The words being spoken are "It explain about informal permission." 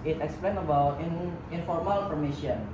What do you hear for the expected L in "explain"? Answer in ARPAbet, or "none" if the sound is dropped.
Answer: L